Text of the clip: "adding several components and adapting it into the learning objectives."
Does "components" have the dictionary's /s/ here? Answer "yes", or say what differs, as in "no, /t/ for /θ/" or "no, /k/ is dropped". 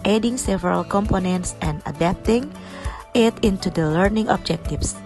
yes